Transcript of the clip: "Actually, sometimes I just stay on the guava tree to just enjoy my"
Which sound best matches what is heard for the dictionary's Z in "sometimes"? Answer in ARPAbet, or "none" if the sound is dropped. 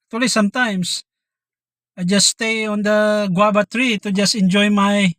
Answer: S